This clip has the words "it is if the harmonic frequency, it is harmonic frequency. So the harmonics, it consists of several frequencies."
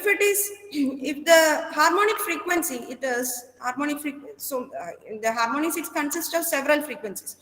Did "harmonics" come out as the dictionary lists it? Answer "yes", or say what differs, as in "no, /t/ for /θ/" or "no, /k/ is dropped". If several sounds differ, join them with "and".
no, /k/ is dropped